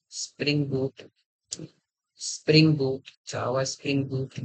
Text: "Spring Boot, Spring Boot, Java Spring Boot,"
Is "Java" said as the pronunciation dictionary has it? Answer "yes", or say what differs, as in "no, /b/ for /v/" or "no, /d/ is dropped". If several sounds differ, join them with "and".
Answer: no, /w/ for /v/